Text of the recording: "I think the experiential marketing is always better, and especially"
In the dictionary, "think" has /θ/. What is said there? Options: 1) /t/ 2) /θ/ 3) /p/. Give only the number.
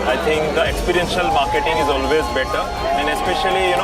1